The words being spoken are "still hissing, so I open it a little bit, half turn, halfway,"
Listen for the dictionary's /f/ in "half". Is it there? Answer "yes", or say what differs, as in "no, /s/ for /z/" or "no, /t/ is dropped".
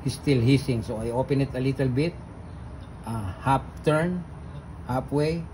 no, /p/ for /f/